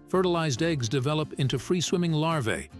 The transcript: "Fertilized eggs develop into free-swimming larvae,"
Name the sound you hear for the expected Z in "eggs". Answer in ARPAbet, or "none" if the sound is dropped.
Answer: Z